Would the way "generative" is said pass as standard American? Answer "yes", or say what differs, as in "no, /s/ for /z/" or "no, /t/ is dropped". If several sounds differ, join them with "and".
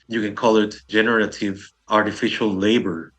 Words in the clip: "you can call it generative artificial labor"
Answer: yes